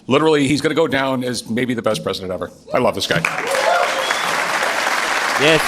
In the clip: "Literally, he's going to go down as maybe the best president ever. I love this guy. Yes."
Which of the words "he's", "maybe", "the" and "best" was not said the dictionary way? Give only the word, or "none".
none